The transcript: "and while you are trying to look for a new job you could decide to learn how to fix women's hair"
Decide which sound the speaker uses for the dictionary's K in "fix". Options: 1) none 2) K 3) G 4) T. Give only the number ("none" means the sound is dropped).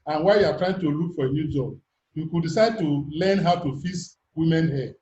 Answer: 1